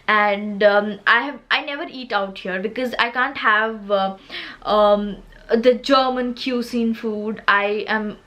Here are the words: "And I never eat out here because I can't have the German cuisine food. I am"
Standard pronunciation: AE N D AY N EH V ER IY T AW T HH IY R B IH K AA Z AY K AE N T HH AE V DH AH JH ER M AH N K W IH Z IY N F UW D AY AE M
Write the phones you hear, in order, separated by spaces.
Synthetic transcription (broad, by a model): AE N D AY N EH V ER IY T AW T HH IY R B IH K AA Z AY K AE N T HH AE V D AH JH ER M AH N K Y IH S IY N F UW D AY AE M